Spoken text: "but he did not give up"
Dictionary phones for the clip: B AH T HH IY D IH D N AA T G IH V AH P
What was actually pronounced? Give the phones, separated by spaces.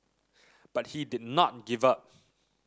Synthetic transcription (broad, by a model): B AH T HH IY D IH D N AA T G IH V AH P